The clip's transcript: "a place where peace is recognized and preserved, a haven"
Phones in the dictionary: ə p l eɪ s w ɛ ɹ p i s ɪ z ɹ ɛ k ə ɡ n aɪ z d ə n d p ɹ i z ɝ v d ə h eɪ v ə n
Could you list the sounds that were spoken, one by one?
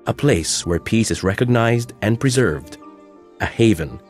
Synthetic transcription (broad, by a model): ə p l eɪ s w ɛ ɹ p i s ɪ z ɹ ɛ k ə ɡ n aɪ z d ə n p ɹ i z ɝ v d ə h eɪ v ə n